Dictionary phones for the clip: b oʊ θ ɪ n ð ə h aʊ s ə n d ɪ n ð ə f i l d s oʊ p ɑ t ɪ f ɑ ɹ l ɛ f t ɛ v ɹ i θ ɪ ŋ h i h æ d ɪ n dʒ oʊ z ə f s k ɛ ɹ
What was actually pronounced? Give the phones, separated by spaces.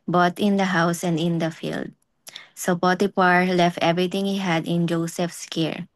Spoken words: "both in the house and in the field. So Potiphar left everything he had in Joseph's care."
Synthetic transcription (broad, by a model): b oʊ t ɪ n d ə h aʊ s ə n d ɪ n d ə f i l d s oʊ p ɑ t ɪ p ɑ ɹ l ɛ f t ɛ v ɹ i t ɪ ŋ h i h æ d ɪ n dʒ oʊ s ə f s k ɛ ɹ